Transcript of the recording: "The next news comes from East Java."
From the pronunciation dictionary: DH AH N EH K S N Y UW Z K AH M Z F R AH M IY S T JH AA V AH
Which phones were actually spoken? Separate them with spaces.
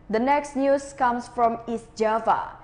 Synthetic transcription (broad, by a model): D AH N EH K S N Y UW S K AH M S F R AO M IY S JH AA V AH